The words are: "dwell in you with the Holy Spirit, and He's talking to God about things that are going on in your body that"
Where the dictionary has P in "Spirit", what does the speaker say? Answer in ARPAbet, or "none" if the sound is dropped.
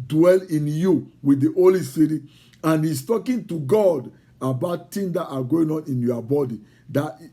none